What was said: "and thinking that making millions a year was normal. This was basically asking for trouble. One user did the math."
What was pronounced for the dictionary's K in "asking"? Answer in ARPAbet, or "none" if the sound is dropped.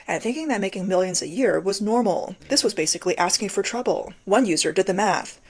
K